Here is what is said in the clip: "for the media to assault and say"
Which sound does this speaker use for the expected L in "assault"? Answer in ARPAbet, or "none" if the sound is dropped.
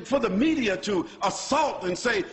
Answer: L